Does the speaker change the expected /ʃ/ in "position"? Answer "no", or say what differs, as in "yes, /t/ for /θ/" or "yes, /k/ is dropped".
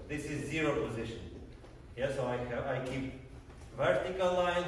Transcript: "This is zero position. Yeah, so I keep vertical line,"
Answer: no